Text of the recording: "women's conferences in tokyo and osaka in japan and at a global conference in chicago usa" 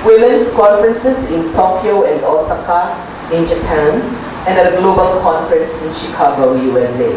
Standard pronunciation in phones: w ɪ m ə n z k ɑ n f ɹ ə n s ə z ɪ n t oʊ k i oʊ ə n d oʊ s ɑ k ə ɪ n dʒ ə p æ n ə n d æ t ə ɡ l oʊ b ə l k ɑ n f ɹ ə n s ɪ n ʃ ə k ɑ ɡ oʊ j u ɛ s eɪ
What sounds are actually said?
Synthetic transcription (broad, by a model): w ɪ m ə n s k ɑ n f ɹ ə n s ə s ɪ n t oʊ k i oʊ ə n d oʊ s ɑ k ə ɪ n dʒ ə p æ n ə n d ə ɡ l oʊ b ə l k ɑ n f ɹ ə n s ɪ n ʃ ə k ɑ ɡ oʊ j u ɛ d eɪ